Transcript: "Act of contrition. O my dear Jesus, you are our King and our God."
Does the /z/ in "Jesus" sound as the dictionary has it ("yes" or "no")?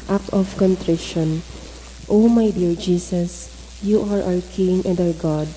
no